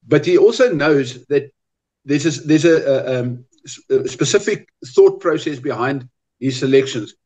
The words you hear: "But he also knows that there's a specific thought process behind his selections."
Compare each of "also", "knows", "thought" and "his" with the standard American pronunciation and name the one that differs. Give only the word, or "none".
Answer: none